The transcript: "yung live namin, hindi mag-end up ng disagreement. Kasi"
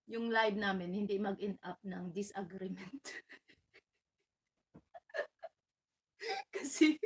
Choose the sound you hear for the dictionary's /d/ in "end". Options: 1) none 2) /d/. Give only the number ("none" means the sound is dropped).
1